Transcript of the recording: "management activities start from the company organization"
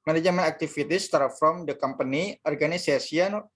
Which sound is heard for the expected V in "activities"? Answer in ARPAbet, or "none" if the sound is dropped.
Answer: F